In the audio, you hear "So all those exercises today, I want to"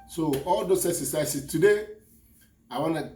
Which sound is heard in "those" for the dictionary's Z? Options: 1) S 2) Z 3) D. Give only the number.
1